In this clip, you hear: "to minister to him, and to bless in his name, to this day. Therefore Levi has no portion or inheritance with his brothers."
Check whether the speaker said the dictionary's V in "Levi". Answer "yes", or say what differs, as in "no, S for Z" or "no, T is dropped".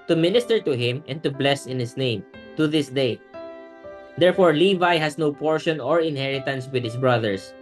yes